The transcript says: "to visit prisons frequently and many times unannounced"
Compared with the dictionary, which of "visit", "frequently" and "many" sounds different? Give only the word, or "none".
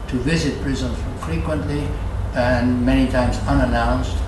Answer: none